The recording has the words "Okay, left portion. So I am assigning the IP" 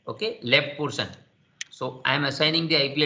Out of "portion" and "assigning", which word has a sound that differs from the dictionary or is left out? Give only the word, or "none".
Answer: portion